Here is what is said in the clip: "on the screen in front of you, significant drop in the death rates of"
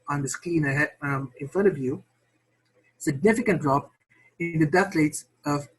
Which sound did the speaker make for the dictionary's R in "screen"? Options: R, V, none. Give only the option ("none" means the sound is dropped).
none